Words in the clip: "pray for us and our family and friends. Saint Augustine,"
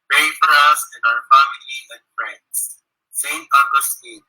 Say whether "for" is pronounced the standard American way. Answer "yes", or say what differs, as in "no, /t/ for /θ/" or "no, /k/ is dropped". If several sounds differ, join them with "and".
yes